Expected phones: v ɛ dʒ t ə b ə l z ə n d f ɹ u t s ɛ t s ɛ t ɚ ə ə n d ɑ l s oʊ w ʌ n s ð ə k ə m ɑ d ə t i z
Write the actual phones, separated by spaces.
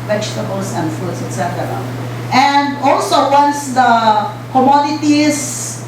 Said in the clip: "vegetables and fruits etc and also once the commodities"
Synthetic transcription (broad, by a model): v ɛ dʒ t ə b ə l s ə n f u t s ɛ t s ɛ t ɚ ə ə n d ɑ l s oʊ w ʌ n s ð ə k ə m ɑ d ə t i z